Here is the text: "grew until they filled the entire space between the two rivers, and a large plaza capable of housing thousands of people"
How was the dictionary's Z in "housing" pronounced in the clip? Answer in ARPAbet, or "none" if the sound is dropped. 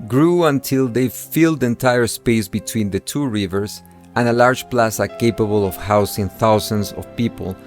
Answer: S